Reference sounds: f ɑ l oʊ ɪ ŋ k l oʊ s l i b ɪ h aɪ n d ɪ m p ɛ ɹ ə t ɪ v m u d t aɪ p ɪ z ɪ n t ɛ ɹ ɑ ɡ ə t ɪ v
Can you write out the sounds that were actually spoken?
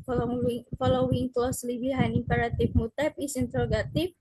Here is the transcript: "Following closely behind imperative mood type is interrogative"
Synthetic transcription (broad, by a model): f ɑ l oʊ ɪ ŋ k l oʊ s l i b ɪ h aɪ n ɪ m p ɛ ɹ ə t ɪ f m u t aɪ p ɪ s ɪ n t ɹ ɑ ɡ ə t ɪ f